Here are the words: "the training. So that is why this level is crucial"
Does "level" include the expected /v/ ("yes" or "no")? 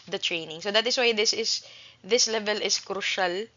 yes